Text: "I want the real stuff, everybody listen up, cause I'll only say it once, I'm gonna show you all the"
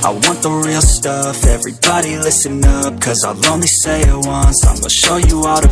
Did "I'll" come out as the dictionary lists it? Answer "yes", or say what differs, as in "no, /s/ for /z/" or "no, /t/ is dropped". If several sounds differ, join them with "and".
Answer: yes